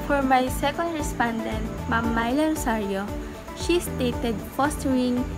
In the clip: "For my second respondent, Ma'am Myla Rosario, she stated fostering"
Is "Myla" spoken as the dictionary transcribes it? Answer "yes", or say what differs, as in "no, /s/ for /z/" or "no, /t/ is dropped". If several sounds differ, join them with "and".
yes